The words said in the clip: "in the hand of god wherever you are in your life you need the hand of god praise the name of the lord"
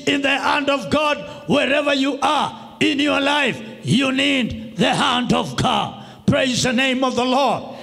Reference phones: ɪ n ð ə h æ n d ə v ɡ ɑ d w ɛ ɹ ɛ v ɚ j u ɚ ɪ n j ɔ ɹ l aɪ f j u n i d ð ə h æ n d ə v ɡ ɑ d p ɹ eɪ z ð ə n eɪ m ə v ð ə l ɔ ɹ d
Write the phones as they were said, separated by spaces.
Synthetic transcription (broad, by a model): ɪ n ð ə h æ n d ə v ɡ ɑ d w ɛ ɹ ɛ v ɚ j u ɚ ɪ n j ɔ ɹ l aɪ f j u n i d ð ə h æ n d ə v ɡ ɑ d p ɹ eɪ z ð ə n eɪ m ə v ð ə l ɔ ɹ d